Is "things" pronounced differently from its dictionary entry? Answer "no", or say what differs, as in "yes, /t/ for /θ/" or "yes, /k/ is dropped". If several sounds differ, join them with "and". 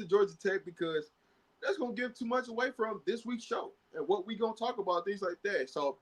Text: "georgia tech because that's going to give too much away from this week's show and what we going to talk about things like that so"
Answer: no